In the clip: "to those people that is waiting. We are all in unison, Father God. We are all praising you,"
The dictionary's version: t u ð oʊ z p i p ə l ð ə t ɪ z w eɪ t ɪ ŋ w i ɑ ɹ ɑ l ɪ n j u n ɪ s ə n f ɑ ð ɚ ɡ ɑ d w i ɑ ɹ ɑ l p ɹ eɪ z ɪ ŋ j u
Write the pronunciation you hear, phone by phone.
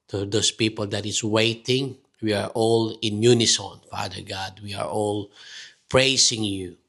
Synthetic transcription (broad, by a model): t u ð oʊ s p i p ə l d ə t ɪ s w eɪ t ɪ ŋ w i ɑ ɹ ɑ l ɪ n j u n ɪ s ə n f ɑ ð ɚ ɡ ɑ d w i ɑ ɹ ɑ l p ɹ eɪ s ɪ ŋ j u